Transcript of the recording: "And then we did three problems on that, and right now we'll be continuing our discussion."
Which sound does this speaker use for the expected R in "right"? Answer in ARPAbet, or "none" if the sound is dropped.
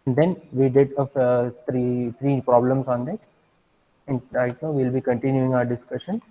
L